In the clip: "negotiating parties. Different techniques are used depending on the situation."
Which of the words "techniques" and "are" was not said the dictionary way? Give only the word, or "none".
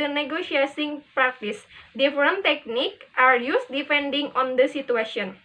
techniques